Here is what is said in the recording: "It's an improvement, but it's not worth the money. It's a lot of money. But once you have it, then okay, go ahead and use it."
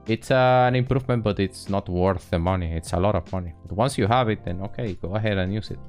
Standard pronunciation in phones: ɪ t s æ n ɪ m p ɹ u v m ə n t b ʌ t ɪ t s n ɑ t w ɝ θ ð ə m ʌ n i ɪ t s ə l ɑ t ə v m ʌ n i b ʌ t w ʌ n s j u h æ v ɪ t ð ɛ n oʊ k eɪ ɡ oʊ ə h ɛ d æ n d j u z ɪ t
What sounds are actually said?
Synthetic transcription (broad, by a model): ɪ t s æ n ɪ m p ɹ u v m ə n t b ʌ t ɪ t s n ɑ t w ɝ θ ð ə m ʌ n i ɪ t s ə l ɑ t ə v m ʌ n i b ʌ t w ʌ n s j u h æ v ɪ t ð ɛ n oʊ k eɪ ɡ oʊ ə h ɛ d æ n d j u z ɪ t